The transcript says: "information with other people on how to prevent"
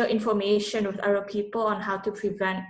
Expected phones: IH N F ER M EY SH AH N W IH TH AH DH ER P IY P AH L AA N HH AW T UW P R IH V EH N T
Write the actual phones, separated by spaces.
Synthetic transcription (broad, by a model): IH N F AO M EY SH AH N W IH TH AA ER P IY P AH L AA N HH AW T UW P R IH V EH N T